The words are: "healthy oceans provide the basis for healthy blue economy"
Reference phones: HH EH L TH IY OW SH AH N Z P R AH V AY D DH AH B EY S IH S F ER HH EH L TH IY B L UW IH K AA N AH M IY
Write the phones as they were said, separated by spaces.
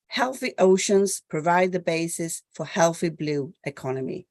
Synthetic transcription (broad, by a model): HH EH L TH IY OW SH AH N Z P R AH V AY D DH AH B EY S IH S F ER HH EH L TH IY B L UW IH K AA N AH M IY